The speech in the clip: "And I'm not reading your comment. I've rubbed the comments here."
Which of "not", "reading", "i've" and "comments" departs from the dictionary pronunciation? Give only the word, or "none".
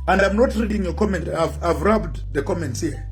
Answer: none